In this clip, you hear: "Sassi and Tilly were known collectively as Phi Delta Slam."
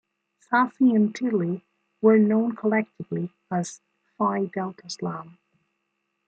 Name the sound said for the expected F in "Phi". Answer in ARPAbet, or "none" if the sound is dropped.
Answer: F